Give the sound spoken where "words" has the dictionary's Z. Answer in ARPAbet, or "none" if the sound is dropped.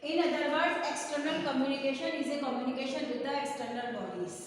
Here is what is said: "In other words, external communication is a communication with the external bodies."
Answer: none